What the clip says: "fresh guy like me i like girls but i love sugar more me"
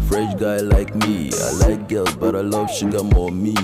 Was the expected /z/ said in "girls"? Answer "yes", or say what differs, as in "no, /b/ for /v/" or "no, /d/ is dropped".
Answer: no, /z/ is dropped